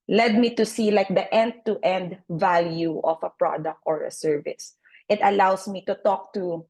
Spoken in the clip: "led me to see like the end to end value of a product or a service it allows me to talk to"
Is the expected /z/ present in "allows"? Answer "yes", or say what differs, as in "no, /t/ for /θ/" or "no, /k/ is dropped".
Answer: no, /s/ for /z/